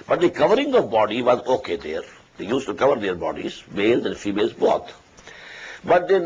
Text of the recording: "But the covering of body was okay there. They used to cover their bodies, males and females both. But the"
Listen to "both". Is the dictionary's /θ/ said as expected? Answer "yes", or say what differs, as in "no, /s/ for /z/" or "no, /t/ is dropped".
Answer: no, /t/ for /θ/